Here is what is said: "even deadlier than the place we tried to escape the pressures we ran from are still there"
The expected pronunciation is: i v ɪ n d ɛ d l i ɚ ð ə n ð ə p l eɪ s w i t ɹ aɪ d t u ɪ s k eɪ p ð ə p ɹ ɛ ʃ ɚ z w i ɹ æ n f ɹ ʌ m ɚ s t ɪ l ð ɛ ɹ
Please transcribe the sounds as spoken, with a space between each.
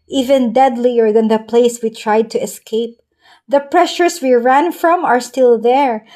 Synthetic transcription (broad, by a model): i v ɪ n d ɛ d l i ɚ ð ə n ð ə p l eɪ s w i t ɹ aɪ d t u ɪ s k eɪ p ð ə p ɹ ɛ ʃ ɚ s w i ɹ æ n f ɹ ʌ m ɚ s t ɪ l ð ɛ ɹ